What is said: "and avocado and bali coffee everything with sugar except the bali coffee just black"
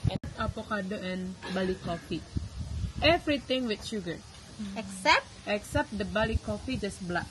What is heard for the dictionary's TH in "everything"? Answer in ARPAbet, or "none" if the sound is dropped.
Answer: T